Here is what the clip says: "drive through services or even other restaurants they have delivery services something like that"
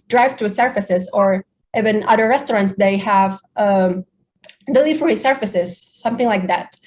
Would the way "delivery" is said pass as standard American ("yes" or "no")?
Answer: no